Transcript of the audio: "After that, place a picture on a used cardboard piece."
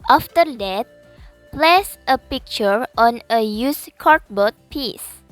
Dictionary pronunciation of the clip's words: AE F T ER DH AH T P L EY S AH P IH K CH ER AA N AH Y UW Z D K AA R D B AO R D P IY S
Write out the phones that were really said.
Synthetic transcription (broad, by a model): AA F T ER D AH T P L EY S AH P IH K CH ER AA N AH Y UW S K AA R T B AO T P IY S